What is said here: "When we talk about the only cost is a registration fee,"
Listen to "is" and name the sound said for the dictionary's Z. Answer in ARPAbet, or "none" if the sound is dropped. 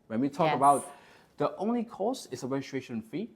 S